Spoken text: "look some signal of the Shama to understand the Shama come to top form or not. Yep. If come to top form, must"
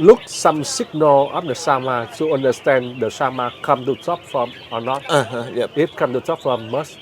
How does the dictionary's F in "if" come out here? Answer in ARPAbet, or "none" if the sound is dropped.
P